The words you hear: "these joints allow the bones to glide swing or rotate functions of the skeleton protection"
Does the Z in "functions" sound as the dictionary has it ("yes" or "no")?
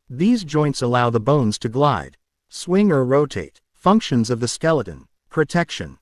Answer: yes